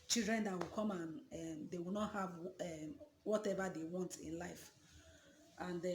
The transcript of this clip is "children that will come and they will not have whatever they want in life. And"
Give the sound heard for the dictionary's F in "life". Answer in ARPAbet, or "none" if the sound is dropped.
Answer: F